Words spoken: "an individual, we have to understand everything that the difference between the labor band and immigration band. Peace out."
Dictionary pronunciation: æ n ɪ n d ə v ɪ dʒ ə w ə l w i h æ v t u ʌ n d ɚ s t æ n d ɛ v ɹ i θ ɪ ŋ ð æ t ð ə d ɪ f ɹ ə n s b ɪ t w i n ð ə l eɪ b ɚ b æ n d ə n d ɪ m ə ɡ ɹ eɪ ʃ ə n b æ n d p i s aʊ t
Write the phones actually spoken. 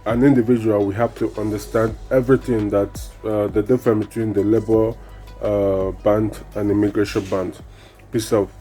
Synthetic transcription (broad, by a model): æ n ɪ n d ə v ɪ dʒ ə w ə l w i h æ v t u ʌ n d ɚ s t æ n d ɛ v ɹ i θ ɪ ŋ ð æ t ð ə d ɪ f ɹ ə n b ɪ t w i n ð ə l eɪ b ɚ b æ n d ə n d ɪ m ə ɡ ɹ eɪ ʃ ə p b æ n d p i s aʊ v